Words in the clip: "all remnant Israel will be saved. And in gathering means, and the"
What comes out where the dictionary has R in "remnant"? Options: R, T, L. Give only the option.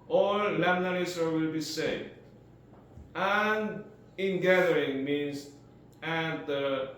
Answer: L